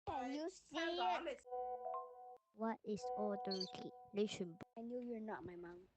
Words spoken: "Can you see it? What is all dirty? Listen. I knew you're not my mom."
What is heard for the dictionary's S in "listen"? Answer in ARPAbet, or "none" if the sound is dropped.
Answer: SH